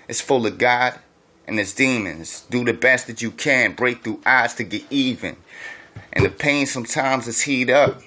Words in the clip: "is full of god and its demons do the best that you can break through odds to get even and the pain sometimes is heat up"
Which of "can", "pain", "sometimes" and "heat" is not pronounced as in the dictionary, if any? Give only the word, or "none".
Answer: none